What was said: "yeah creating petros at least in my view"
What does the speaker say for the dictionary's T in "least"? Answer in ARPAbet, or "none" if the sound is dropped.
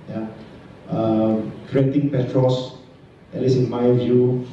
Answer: none